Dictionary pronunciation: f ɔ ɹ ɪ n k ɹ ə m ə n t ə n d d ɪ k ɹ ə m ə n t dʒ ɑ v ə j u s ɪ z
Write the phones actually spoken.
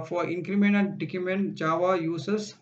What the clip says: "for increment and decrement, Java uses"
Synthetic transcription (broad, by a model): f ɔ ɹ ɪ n k ɹ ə m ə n ə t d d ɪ k ə m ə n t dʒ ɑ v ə j u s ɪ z